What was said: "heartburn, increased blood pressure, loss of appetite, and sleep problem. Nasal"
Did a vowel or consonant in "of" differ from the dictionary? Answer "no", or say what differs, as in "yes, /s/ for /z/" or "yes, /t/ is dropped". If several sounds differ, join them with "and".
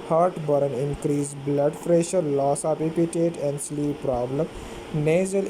yes, /p/ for /v/